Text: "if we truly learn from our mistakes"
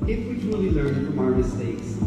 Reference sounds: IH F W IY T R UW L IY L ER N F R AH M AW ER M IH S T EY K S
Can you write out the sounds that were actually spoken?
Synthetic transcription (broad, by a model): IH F W IY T UW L IY L ER N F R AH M AW ER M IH S T EY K S